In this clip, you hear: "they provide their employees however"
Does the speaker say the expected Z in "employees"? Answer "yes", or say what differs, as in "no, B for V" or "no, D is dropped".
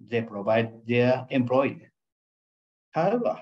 no, Z is dropped